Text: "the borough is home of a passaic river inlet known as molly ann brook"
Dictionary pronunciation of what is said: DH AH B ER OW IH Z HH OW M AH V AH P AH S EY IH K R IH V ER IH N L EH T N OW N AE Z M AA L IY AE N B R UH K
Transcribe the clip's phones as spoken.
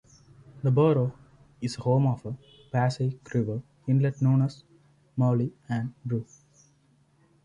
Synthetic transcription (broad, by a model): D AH B ER OW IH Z HH OW M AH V AH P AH S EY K R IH V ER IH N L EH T N OW N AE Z M AA L IY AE N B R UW